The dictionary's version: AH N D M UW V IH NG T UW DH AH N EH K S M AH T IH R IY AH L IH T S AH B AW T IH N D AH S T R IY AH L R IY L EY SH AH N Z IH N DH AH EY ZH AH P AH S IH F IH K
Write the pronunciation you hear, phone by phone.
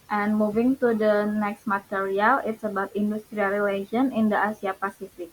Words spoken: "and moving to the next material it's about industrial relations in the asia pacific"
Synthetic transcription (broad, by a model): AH N M UW V IH NG T UW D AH N EH K S M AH T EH R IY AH L IH T S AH B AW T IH N D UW S T R IY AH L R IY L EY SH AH N IH N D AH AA S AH P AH S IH F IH K